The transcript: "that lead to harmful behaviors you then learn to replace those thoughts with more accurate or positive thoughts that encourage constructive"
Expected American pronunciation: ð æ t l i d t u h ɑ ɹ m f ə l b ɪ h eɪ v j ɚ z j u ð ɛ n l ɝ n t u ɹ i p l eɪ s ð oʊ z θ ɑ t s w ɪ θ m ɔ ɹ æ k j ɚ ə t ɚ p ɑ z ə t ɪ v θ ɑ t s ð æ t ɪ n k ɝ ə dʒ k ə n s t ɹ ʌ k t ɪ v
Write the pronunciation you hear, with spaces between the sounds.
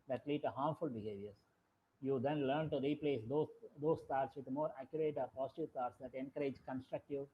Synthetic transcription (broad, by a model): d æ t l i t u h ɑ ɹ m f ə l b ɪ h eɪ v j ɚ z j u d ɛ n l ɝ n t u ɹ i p l eɪ s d oʊ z t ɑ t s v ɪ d m ɔ ɹ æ k j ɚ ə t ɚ p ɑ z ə t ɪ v t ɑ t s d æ t ɪ n k ɝ ə dʒ k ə n s t ɹ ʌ k t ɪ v